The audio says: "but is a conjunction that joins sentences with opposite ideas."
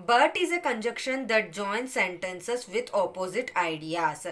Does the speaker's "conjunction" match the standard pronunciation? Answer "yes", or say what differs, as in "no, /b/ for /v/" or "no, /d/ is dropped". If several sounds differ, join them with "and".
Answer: no, /ŋ/ is dropped